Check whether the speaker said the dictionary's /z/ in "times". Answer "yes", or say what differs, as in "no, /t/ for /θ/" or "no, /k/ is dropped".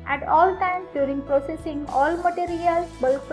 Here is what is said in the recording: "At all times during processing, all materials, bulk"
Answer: no, /z/ is dropped